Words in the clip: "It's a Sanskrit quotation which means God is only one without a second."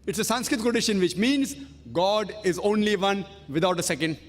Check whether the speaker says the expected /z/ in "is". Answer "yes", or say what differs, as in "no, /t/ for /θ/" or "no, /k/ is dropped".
yes